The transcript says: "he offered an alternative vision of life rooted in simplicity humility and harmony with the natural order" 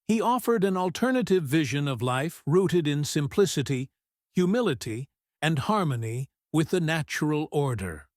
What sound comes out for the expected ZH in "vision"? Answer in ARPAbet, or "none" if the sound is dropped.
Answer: ZH